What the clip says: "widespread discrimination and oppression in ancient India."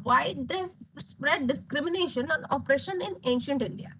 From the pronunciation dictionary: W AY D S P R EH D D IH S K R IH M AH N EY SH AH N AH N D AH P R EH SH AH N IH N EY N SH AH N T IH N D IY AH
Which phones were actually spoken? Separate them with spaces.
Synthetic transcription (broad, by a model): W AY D S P R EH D D IH S K R IH M AH N EY SH AH N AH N AH P R EH SH AH N IH N EY N SH AH N T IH N D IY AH